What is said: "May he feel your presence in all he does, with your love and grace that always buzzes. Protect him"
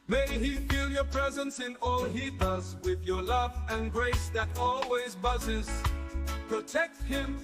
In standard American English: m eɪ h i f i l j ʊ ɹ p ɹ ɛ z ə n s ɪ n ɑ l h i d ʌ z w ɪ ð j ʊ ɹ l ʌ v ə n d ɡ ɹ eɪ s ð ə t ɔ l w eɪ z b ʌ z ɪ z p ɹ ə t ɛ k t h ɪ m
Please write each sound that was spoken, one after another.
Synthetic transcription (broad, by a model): m eɪ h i f i l j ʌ ɹ p ɹ ɛ z ə n s ɪ n ɑ l h i d ʌ z w ɪ ð j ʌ ɹ l ʌ v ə n ɡ ɹ eɪ s ð ə t ɔ l w eɪ z b ʌ z ɪ z p ɹ ə t ɛ k t h ɪ m